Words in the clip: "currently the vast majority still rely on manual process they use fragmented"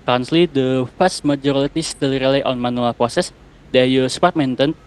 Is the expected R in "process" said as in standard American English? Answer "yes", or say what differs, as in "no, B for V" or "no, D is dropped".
yes